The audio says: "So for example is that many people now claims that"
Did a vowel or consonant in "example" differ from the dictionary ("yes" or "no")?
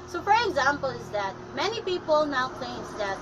no